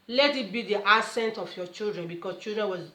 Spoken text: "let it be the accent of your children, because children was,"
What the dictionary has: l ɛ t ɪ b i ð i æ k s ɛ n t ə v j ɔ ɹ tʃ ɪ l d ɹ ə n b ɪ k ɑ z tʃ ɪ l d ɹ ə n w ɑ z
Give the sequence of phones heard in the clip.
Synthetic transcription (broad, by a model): l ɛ t ɪ b i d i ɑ s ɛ n t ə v j ɔ tʃ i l d ɹ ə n b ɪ k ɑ s tʃ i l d ɹ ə n w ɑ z